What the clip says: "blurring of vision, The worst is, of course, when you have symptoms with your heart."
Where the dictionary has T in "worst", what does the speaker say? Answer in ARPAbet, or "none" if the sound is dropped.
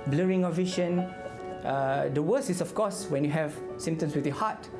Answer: none